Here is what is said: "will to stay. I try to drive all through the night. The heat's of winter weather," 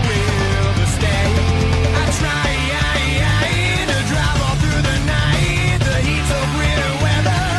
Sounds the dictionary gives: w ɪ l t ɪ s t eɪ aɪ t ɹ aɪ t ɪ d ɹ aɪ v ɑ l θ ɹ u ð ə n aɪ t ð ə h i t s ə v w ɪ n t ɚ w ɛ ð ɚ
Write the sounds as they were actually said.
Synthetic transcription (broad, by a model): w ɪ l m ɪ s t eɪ aɪ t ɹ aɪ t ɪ d ɹ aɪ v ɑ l θ ɹ u ð ə n aɪ t ð ə h i t s ə v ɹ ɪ t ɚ w ɛ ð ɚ